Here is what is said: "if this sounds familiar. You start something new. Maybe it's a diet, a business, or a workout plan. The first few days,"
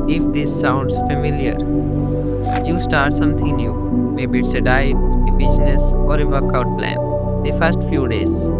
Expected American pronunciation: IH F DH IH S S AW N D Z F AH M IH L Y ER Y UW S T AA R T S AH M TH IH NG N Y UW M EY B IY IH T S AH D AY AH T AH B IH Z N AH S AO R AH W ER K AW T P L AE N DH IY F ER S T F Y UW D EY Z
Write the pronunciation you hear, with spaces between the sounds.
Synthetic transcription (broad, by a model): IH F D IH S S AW N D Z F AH M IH L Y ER Y UW S T AA R T S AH M T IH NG N Y UW M EY B IY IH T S AH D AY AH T AH B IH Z N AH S AO R AH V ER K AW T P L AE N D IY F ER S T F Y UW D EY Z